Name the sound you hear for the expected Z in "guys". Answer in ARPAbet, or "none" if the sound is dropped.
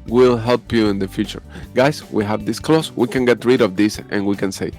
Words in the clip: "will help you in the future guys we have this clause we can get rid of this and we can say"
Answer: S